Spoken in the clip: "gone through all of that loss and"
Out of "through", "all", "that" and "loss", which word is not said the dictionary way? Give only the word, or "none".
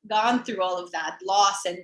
none